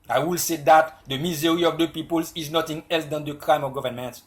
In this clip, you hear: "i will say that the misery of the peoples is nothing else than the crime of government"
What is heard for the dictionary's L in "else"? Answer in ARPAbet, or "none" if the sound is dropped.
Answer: L